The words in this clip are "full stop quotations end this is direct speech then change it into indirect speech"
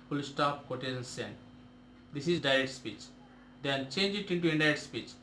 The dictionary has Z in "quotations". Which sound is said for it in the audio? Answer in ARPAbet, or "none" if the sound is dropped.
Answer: S